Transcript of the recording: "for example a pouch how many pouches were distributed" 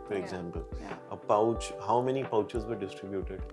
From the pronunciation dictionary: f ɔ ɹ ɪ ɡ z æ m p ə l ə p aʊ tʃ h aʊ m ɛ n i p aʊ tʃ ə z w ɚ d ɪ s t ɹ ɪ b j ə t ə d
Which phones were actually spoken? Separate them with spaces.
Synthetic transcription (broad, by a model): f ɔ ɹ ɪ ɡ z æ m p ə l ə p aʊ tʃ h aʊ m ɛ n i p aʊ tʃ ə z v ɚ d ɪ s t ɹ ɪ b j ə t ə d